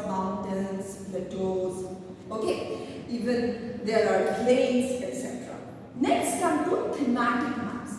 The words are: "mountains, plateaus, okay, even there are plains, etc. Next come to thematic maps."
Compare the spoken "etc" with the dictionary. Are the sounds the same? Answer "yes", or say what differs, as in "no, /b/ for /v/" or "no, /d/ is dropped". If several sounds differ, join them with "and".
yes